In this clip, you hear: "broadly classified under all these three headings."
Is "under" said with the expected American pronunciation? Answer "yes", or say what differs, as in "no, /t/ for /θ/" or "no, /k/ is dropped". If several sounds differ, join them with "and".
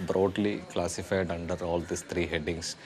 yes